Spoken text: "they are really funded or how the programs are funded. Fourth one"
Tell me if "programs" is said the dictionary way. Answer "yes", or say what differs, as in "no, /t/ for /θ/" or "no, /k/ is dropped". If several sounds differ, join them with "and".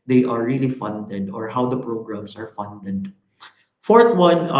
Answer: no, /s/ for /z/